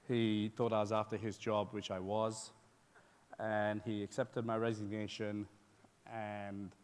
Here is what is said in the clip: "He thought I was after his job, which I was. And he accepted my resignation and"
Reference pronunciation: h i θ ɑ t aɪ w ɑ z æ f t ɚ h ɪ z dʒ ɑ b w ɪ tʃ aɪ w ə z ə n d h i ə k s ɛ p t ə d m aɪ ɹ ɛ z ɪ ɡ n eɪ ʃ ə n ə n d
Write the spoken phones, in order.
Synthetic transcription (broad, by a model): h i θ ɑ t aɪ w ɑ z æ f t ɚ ɪ z dʒ ɑ b w ɪ tʃ aɪ w ə z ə n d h i ə k s ɛ p t ə d m aɪ ɹ ɛ z ɪ ɡ n eɪ ʃ ə n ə n